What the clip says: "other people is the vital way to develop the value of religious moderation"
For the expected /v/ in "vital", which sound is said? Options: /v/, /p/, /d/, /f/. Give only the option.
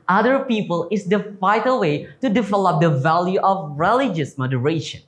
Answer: /f/